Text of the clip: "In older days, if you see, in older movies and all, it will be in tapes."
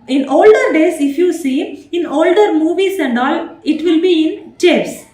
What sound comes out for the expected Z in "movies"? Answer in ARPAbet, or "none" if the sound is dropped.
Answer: S